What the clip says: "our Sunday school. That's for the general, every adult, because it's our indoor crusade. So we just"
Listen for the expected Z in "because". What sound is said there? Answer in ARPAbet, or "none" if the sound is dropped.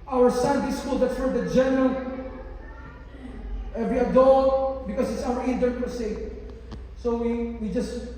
S